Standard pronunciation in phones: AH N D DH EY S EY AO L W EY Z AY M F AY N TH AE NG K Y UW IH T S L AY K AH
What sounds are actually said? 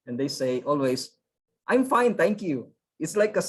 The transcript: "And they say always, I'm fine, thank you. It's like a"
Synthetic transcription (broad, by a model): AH N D EY S EY AO L W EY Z AY M F AY N T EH NG K Y UW IH T S L AY K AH